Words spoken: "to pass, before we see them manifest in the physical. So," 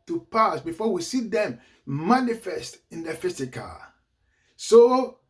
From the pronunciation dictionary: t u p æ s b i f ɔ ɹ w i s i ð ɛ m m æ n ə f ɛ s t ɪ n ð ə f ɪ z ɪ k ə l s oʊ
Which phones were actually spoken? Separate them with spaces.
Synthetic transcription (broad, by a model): t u p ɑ s b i f ɔ w i s i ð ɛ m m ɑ n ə f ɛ s t ɪ n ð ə f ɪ s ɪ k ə s oʊ